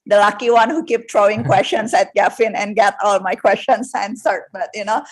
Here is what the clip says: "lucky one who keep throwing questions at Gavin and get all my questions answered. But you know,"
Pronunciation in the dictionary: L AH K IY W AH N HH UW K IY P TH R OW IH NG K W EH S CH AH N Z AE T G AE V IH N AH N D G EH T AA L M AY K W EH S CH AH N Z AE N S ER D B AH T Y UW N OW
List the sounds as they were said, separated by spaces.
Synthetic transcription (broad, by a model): L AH K IY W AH N HH UW K IY P T R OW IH NG K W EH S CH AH N S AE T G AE F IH N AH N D G EH T AA L M AY K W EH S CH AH N S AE N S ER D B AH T Y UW N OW